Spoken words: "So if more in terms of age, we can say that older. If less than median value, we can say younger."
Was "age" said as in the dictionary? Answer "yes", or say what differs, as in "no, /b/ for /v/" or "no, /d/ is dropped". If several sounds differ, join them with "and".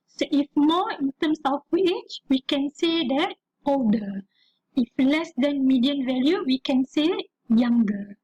no, /tʃ/ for /dʒ/